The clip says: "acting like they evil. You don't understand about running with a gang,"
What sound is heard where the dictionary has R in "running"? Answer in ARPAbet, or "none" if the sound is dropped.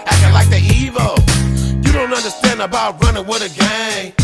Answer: R